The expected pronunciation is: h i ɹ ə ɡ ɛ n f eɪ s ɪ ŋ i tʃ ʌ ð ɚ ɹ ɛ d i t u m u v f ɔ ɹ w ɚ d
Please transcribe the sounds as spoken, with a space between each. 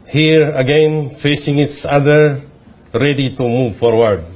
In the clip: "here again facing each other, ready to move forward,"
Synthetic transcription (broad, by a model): h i ɹ ə ɡ ɛ n f eɪ s ɪ ŋ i s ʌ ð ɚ ɹ ɛ d i t u m u v f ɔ ɹ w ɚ d